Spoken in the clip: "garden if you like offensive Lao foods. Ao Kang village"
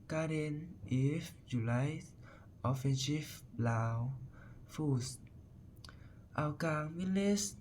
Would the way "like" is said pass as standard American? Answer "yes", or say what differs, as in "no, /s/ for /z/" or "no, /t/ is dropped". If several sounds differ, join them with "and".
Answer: no, /k/ is dropped